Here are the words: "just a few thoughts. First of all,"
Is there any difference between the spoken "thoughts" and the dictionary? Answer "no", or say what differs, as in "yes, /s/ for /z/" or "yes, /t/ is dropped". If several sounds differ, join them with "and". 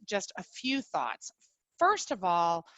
no